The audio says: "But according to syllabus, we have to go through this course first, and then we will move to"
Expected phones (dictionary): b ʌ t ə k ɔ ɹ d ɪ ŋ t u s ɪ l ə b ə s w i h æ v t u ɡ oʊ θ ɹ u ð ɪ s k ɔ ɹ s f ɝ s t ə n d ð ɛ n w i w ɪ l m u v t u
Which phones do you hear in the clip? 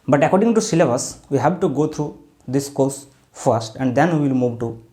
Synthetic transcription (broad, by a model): b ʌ t ə k ɔ ɹ d ɪ ŋ t u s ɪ l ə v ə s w i h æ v t u ɡ oʊ t ɹ u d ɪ s k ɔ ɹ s f ɝ s t ə n d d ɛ n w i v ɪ l m u v t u